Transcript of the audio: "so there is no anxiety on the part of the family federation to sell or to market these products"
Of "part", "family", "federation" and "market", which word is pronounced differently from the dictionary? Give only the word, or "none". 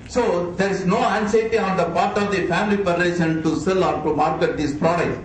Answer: federation